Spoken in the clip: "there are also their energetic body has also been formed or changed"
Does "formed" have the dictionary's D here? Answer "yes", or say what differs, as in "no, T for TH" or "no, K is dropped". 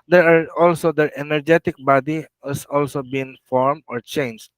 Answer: no, D is dropped